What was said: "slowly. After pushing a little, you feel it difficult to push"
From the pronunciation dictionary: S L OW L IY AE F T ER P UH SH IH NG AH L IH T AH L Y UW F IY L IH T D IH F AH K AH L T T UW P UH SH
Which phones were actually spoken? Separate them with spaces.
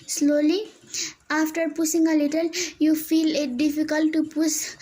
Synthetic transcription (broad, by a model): S L OW L IY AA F T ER P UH S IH NG AH L IH T AH L Y UW F IY L IH T D IH F AH K AH L T T UW P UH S